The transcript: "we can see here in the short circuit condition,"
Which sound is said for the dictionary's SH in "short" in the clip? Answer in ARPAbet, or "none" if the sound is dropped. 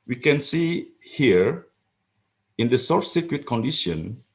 S